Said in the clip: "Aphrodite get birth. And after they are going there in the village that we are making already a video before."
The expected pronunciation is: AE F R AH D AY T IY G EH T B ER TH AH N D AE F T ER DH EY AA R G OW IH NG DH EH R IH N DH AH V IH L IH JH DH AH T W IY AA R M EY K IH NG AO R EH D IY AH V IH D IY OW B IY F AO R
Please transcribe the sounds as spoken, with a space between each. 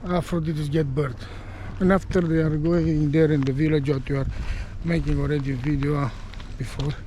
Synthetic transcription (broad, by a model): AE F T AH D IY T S G EH T B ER T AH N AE F T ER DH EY AA R G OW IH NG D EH R IH N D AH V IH L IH JH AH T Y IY AA R M EY K IH NG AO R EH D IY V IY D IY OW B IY F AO R